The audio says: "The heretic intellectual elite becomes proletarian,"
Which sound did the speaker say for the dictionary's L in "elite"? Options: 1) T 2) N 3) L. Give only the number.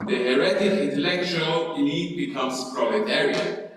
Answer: 2